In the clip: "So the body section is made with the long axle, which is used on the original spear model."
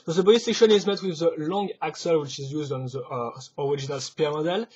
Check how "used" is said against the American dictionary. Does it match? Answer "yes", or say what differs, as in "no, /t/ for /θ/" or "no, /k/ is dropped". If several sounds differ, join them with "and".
yes